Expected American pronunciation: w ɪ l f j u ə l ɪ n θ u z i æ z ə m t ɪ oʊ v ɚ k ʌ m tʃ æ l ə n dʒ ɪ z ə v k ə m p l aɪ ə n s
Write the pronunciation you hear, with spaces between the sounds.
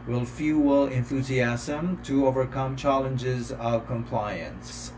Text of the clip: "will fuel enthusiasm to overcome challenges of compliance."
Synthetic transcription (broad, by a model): w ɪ l f j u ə l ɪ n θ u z i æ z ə m t ɪ oʊ v ɚ k ʌ m tʃ æ l ə n dʒ ɪ z ə v k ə m p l aɪ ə n s